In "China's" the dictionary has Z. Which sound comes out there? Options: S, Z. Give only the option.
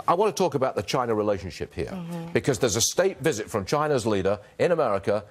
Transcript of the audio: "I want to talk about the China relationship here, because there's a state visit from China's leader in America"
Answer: Z